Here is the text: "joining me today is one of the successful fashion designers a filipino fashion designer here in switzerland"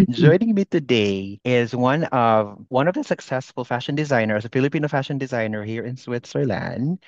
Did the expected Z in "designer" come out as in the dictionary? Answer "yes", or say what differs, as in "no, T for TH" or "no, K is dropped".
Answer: yes